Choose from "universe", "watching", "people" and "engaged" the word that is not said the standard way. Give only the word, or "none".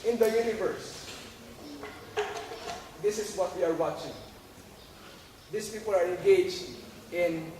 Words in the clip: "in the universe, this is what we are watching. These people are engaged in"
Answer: engaged